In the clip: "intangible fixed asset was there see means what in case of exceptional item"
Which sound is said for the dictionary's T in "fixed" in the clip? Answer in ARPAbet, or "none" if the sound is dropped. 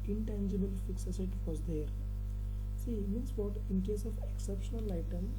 none